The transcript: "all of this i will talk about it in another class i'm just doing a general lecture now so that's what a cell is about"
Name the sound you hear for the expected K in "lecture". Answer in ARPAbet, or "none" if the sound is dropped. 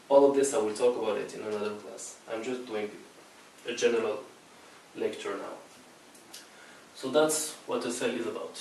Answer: K